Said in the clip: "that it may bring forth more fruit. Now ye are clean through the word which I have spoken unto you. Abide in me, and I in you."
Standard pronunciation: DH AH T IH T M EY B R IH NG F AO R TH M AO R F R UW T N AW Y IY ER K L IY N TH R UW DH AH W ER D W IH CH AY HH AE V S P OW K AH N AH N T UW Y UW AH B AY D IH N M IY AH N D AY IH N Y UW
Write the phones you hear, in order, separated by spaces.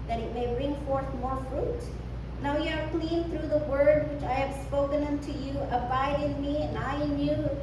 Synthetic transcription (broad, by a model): DH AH T IH T M EY B R IH NG F AO R TH M AO R F R UW T N AW Y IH ER K L IY N TH R UW DH AH W ER D W IH CH AY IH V S P OW K AH N AH N T UW Y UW AH B AY D IH N M IY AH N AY IH N Y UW